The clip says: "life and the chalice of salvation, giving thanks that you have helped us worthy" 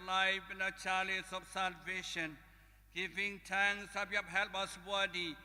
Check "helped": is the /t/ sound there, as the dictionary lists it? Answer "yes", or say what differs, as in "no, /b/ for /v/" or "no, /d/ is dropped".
no, /t/ is dropped